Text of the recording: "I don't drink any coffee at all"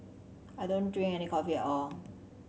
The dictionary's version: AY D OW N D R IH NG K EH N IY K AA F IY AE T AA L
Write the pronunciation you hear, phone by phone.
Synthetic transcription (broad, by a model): AY D OW N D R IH NG EH N IY K AA F IY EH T AA L